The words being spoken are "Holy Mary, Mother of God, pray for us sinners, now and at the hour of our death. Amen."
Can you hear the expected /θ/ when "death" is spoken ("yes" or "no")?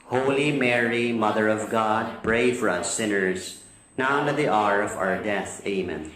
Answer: yes